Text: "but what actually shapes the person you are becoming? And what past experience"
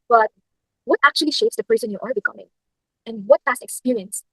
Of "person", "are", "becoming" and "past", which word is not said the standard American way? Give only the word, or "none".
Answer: past